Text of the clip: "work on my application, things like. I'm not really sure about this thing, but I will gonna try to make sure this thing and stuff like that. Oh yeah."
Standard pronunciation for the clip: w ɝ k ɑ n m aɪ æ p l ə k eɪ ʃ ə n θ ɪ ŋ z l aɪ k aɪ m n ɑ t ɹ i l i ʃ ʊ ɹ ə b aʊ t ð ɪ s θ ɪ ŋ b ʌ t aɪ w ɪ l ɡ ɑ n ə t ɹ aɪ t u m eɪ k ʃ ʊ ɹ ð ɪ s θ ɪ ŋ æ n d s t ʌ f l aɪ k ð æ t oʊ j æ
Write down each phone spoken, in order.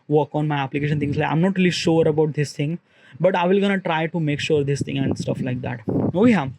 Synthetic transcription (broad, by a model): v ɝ k ɑ n m aɪ æ p l ə k eɪ ʃ ə n t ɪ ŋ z l aɪ k aɪ m n ɑ t ɹ i l i ʃ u ɹ ə b aʊ t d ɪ s t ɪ ŋ b ʌ t aɪ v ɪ l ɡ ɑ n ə t ɹ aɪ t u m eɪ k ʃ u ɹ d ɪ s t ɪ ŋ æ n d s t ʌ f l aɪ k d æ t oʊ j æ